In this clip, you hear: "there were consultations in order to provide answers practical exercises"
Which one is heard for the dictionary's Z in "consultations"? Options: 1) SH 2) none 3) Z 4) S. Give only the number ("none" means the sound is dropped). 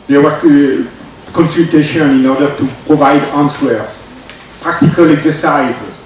2